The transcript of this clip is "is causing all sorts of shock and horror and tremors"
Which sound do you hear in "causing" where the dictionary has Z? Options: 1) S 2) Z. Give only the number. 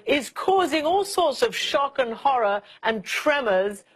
2